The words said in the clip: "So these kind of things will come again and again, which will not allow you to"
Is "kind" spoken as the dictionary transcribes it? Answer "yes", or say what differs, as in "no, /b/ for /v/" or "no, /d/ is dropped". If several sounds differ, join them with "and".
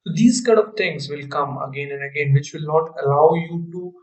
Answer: no, /n/ is dropped